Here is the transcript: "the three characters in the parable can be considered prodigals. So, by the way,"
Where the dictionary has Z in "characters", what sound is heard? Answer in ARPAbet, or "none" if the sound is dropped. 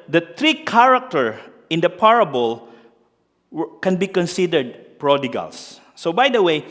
none